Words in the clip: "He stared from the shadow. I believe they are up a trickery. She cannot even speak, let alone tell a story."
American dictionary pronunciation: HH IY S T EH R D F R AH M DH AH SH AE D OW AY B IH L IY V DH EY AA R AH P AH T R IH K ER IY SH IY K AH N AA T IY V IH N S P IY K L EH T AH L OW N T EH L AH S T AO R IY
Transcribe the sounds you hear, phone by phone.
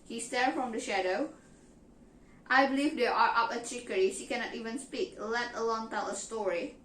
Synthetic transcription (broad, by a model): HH IY S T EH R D F R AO M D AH SH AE D OW AY B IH L IY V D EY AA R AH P AH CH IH K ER IY SH IY K AH N AA T IY V IH N S P IY K L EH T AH L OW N T EH L AH S T AO R IY